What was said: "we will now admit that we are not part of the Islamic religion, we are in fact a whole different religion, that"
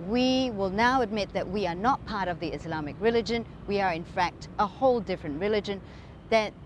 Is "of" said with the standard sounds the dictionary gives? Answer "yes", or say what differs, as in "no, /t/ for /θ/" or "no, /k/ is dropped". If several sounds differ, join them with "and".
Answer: yes